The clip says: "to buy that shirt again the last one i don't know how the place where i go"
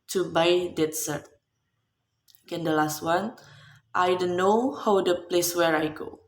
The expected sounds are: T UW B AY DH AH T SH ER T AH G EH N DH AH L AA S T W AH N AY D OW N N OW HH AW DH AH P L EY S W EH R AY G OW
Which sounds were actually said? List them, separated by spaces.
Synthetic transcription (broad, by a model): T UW B AY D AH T S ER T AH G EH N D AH L AA S T W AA N AY D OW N N OW HH AW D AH P L EY S W EH R AY G OW